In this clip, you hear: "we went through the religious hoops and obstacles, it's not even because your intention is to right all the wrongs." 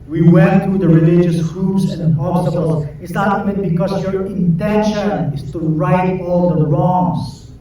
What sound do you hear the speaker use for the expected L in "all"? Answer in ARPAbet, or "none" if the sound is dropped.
L